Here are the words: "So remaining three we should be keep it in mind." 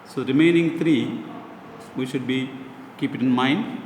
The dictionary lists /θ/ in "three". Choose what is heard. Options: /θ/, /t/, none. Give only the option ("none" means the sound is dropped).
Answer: /t/